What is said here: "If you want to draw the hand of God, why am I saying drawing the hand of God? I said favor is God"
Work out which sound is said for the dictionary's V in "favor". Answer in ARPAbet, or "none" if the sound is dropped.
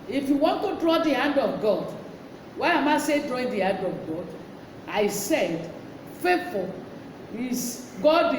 F